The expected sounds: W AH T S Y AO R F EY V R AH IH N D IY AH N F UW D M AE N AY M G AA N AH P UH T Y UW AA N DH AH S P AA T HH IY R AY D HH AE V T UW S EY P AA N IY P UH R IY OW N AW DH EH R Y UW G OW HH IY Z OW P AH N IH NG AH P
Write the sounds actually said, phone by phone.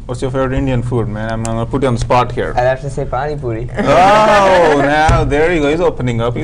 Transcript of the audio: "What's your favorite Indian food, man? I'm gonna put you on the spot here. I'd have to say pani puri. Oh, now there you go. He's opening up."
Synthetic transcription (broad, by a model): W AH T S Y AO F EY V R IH N D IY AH N F UW D M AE N AY M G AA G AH P UH T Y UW AA N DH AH S P AA T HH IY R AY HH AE F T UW S EY P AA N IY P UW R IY OW N AW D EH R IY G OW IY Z OW P AH N IH NG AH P